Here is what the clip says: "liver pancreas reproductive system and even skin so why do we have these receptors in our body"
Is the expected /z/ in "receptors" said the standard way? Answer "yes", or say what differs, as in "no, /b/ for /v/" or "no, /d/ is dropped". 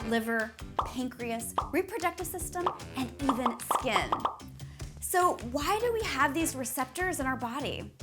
yes